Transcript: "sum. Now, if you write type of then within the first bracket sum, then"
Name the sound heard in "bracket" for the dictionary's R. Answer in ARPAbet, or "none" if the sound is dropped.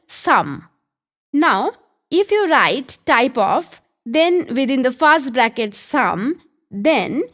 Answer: R